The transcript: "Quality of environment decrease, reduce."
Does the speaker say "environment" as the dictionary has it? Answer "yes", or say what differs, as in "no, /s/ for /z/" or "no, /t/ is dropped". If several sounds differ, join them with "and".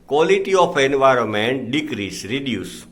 yes